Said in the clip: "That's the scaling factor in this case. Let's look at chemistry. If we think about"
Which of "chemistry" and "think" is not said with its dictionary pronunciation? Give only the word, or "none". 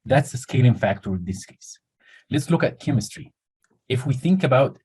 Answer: none